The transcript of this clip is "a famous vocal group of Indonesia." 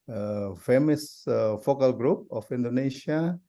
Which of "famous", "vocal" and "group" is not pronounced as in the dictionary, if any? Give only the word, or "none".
vocal